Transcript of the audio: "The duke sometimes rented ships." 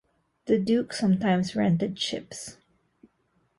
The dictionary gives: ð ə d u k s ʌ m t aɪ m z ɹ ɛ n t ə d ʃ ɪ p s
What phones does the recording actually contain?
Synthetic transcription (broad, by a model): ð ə d u k s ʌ m t aɪ m s ɹ ɛ n t ə d ʃ ɪ p s